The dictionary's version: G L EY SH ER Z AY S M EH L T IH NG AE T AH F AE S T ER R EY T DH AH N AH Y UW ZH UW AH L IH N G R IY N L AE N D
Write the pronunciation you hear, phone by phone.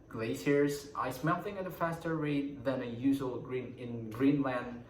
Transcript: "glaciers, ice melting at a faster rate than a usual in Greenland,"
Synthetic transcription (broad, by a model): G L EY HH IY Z AY S M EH L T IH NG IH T AH F AE S T ER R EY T DH AH N AH Y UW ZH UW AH N IH N G R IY N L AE N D